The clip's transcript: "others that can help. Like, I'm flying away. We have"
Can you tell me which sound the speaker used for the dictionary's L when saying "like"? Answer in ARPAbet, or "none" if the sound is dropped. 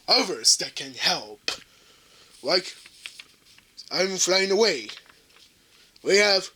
L